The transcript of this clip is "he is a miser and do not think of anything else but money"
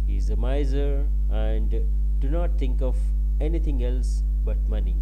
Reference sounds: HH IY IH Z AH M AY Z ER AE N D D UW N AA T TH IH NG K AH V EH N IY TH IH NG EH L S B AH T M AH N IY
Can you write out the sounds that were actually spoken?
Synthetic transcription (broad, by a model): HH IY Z AH M AY Z ER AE N D D UW N AA T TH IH NG K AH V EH N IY T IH NG EH L S B AH T M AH N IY